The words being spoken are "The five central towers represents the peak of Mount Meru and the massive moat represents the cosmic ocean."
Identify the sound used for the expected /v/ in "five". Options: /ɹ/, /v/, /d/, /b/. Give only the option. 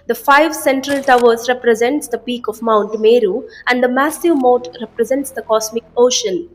/v/